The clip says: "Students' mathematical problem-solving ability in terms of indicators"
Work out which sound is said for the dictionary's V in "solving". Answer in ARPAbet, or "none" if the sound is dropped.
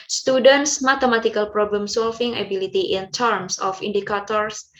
F